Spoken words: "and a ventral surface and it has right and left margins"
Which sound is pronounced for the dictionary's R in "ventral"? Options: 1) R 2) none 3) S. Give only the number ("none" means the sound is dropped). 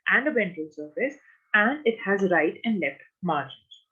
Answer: 2